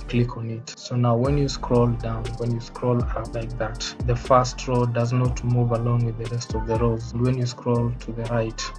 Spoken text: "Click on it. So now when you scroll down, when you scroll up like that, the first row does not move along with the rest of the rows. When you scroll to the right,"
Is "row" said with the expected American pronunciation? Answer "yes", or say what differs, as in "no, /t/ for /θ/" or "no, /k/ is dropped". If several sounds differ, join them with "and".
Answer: yes